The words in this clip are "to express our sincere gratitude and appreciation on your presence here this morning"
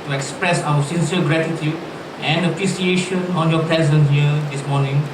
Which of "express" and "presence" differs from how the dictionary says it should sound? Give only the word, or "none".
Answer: presence